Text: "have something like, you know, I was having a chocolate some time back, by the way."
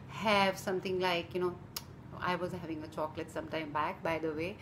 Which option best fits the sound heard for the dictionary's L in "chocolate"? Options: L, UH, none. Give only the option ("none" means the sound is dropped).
L